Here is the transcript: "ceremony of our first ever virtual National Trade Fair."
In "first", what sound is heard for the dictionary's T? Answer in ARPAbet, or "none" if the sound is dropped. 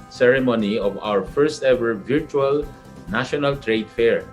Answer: T